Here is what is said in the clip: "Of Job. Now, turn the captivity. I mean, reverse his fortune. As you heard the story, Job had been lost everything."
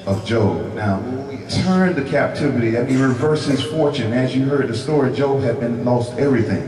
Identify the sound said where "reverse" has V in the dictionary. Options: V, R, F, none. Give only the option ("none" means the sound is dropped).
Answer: V